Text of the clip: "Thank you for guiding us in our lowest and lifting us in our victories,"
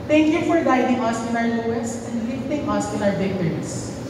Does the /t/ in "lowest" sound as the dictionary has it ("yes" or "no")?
no